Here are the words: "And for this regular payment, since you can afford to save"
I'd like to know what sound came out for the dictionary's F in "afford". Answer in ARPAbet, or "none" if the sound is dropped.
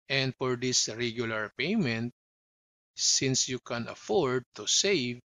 F